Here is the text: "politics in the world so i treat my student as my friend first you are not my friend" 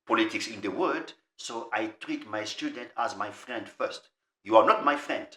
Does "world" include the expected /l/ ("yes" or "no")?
no